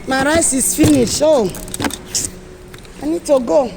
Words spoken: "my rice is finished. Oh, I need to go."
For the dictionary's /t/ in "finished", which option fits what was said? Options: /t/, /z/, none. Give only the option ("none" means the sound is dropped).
none